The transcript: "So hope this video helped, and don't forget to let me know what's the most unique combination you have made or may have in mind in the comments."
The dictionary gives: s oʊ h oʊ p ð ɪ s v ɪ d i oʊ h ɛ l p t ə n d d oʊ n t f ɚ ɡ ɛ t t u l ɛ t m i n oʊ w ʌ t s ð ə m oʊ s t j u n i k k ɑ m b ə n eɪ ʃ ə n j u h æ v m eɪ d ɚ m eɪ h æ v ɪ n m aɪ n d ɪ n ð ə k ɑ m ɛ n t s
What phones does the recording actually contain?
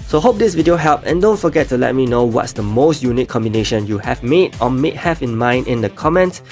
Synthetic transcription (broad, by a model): s oʊ h oʊ p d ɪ s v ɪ d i oʊ h ɛ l p ə n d d oʊ n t f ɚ ɡ ɛ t t u l ɛ t m i n oʊ w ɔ t s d ə m oʊ s t j u n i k k ɑ m b ə n eɪ ʃ ə n j u h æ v m eɪ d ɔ m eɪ h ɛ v ɪ n m aɪ n d ɪ n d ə k ɑ m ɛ n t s